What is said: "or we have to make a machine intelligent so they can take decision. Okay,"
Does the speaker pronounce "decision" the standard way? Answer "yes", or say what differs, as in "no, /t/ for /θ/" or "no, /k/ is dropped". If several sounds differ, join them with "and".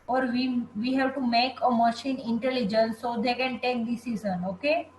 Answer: no, /z/ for /ʒ/